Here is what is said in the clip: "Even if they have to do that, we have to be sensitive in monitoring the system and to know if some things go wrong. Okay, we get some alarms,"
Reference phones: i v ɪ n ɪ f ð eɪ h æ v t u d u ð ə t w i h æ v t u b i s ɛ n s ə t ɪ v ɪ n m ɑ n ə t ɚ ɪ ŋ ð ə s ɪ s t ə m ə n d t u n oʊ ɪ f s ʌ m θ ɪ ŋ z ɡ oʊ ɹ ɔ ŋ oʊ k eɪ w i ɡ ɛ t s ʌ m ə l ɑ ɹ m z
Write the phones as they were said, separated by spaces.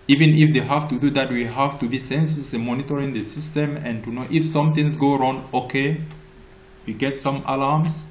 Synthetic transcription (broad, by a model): i v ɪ n ɪ f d eɪ h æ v t u d u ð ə t w i h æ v t u b i s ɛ n s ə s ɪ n m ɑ n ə t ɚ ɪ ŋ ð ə s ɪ s t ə m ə n t u n oʊ ɪ f s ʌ m t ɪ ŋ s ɡ oʊ ɹ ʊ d oʊ k eɪ w i ɡ ɛ t s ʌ m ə l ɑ m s